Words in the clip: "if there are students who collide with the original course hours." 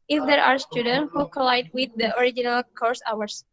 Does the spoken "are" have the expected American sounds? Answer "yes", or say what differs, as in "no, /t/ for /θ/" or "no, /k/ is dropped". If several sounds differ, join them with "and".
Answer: yes